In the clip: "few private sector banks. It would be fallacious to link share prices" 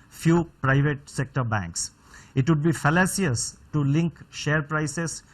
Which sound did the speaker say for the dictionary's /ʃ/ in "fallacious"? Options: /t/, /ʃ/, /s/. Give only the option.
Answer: /s/